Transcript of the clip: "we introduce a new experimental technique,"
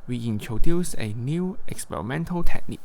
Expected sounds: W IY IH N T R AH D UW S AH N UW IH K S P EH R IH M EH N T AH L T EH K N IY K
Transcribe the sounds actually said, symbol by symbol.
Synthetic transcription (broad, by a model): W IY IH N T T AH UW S AH N UW IH K S P EH R IH M EH N T AH L T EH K N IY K